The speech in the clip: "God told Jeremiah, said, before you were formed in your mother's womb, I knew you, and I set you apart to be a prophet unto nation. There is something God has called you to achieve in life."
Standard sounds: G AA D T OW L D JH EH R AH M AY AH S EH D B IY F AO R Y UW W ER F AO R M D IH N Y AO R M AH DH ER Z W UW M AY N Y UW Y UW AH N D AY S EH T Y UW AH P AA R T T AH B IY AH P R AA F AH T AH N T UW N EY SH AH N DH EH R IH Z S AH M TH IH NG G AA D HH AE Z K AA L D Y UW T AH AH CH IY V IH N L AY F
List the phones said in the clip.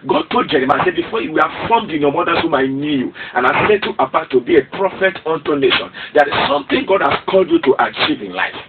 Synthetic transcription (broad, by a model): G AA D T OW L D JH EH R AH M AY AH S EH D B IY F AO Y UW W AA F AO M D IH N Y AO M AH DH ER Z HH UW M AY N Y UW Y UW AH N AY S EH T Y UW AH B AA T T AH B IY AH P R AA F AH T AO N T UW N EY SH AH N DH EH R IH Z S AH M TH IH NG G AA D HH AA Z K AA L D Y UW T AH AH CH IY V IH N L AY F